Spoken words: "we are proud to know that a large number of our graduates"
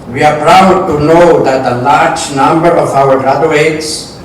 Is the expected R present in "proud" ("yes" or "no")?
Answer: yes